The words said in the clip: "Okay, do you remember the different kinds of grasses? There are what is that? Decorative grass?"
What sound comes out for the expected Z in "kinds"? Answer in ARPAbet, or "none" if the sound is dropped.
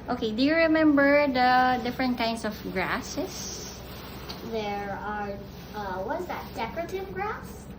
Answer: S